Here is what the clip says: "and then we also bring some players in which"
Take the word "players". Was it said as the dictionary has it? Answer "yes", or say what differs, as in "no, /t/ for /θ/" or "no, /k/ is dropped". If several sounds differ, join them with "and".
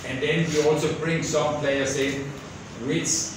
no, /s/ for /z/